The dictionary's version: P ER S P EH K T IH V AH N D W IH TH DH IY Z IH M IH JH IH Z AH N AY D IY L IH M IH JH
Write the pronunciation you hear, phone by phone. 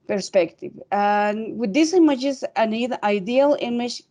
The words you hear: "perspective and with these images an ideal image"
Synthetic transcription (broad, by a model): P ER S P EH K T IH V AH N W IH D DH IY S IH M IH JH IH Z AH N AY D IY L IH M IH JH